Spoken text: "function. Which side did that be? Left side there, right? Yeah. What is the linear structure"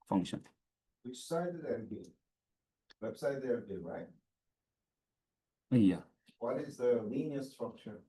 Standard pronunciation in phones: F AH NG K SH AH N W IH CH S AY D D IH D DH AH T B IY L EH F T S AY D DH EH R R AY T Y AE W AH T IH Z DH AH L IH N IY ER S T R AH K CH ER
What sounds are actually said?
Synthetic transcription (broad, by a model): F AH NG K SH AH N W IH CH S AY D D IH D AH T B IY W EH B S AY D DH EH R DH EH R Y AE W AH T IH Z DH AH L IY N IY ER S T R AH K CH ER